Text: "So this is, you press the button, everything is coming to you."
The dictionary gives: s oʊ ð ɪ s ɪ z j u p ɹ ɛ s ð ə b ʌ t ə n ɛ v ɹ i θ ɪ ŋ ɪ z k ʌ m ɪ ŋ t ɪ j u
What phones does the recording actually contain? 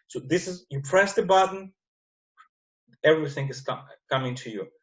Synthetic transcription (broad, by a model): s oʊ ð ɪ s ɪ z j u p ɹ ɛ s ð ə b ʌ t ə n ɛ v ɹ i θ ɪ ŋ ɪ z k ʌ m ɪ ŋ t ɪ j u